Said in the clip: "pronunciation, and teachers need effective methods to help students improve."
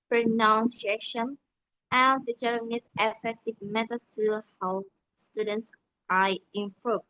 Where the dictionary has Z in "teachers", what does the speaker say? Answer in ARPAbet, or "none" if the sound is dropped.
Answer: none